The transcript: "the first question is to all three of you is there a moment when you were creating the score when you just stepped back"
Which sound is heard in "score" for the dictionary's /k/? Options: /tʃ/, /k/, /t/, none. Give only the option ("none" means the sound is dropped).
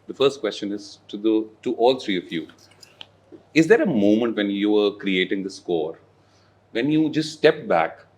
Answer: /k/